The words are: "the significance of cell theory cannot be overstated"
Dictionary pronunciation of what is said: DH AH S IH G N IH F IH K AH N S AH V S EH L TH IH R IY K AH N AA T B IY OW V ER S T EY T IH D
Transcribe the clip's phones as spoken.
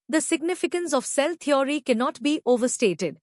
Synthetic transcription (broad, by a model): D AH S IH G N IH F IH K AH N S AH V S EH L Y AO R IY K AH N AA T B IY OW V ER S T EY T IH D